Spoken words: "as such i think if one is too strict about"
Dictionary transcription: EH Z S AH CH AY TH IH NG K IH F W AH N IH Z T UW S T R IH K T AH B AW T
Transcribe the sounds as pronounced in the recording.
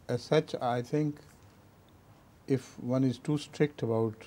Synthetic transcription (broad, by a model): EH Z S AH CH AY T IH NG K IH F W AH N IH Z T UW S T R IH K T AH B AW T